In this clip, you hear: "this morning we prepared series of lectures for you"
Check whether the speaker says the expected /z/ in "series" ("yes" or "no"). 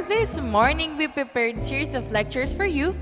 no